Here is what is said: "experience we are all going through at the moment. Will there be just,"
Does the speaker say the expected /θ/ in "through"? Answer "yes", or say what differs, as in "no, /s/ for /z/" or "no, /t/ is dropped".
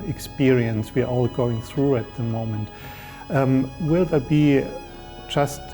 yes